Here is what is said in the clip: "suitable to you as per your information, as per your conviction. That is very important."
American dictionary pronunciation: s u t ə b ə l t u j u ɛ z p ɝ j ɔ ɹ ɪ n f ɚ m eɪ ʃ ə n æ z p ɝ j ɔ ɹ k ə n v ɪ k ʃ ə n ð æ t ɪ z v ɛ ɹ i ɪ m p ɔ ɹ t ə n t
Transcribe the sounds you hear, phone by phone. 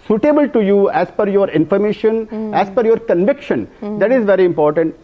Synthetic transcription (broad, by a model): s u t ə b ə l t u j u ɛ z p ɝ j ɔ ɹ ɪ n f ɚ m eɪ ʃ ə n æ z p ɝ j ɔ ɹ k ə n v ɪ k ʃ ə n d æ t ɪ z v ɛ ɹ i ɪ m p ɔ ɹ t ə n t